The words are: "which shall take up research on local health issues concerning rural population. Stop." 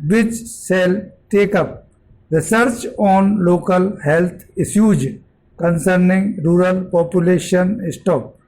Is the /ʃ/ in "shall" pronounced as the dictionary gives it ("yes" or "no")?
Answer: no